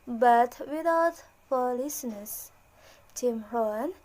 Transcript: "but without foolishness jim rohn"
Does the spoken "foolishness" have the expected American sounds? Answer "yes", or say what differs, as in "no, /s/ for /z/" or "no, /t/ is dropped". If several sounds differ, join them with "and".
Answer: no, /s/ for /ʃ/